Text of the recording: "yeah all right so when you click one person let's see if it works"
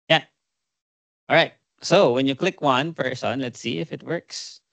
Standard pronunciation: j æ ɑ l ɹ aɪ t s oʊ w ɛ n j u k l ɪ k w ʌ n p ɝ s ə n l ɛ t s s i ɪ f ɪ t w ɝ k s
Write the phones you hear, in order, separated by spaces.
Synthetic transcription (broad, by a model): j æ ɑ l ɹ aɪ t s oʊ w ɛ n j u k l ɪ k w ʌ n f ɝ s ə n l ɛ t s s i ɪ f ɪ t w ɝ k s